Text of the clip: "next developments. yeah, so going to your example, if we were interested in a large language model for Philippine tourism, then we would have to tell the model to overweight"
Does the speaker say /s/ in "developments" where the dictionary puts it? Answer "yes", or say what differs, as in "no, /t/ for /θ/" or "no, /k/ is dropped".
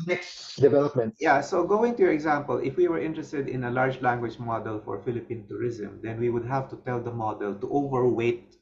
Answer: no, /s/ is dropped